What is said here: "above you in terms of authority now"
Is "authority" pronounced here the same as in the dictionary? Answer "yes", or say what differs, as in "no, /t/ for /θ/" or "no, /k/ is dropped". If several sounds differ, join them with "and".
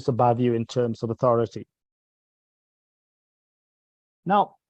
yes